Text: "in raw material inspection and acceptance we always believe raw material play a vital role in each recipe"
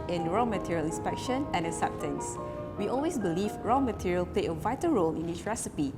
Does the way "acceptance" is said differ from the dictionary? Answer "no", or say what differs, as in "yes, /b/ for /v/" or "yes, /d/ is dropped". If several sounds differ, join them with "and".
yes, /k/ is dropped